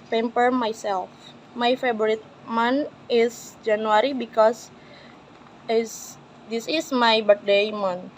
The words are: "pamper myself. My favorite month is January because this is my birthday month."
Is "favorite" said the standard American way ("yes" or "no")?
no